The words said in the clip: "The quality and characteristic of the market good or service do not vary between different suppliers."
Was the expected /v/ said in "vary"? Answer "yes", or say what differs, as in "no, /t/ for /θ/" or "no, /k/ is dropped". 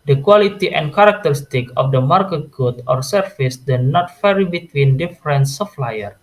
no, /f/ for /v/